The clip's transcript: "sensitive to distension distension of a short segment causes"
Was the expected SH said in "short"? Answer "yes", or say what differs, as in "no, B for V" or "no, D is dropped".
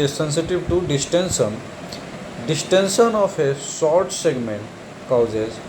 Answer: no, S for SH